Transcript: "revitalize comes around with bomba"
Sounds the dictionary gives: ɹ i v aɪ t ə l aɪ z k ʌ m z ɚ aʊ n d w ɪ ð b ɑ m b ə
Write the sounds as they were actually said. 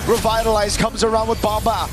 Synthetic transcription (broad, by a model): ɹ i v aɪ t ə l aɪ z k ʌ m z ɚ aʊ n d w ɪ ð b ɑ m b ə